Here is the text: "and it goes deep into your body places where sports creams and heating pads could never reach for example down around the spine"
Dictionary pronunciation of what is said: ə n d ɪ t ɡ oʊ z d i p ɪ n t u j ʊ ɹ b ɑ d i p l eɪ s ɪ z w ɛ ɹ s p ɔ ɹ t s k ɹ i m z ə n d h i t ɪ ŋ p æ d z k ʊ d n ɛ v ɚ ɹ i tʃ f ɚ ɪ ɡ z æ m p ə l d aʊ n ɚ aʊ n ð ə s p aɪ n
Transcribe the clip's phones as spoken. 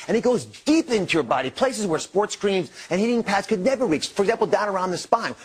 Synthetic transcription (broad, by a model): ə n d ɪ t ɡ oʊ z d i p ɪ n t u j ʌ ɹ b ɑ d i p l eɪ s ɪ z w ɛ ɹ s p ɔ ɹ t s k ɹ i m z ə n h i t ɪ ŋ p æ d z k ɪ d n ɛ v ɚ ɹ i tʃ f ɚ ɡ z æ m p l d aʊ n ɚ aʊ n ð ə s p aɪ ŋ